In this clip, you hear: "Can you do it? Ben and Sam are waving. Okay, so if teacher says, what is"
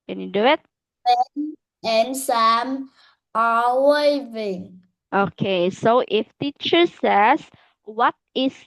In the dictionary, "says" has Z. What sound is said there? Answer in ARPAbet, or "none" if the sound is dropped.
S